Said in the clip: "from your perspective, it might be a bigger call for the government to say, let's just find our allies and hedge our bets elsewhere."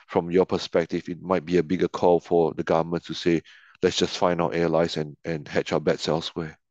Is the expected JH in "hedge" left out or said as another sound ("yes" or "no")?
yes